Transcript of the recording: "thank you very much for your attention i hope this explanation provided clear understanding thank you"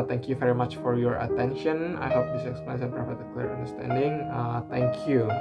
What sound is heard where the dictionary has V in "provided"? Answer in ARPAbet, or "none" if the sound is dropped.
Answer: P